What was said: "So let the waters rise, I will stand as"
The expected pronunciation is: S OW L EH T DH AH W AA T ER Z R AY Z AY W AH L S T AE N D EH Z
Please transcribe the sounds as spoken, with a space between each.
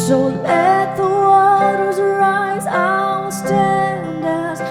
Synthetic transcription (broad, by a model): S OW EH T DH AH W AA T ER Z R AY Z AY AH S T AE N D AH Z